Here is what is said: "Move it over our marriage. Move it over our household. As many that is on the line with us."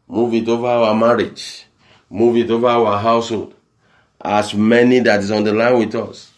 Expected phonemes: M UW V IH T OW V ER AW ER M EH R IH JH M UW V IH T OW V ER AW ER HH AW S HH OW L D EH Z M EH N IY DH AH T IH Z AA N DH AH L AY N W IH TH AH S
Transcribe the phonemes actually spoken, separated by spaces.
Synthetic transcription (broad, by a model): M UW V IH T OW V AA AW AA M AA R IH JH M UW V IH T OW V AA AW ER HH AW S HH OW L D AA S M EH N IY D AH T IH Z AA N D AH L AY N W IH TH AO S